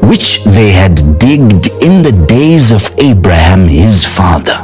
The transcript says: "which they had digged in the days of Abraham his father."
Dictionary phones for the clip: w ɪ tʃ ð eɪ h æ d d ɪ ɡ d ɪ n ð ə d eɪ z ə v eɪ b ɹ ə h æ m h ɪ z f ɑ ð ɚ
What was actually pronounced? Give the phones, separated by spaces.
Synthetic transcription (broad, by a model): w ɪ tʃ ð eɪ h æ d d ɪ ɡ d ɪ n ð ə d eɪ z ə v eɪ b ɹ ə h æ m h ɪ z f ɑ ð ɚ